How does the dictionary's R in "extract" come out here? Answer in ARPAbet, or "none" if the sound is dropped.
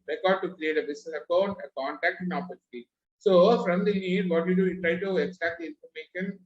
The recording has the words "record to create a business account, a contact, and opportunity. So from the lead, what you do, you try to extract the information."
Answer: none